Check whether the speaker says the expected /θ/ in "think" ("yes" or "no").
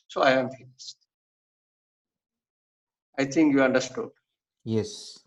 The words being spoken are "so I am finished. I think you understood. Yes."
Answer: no